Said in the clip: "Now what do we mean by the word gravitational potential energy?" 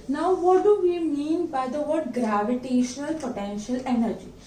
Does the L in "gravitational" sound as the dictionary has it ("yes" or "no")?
yes